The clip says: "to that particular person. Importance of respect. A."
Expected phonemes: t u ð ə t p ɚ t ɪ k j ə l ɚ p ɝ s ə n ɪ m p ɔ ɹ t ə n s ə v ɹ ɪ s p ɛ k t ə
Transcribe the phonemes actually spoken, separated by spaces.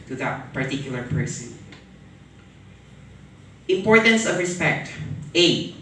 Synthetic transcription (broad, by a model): t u ð ə t p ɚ t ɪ k j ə l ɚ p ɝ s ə ɪ m p ɔ ɹ t ə n s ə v ɹ ɪ s p ɛ k t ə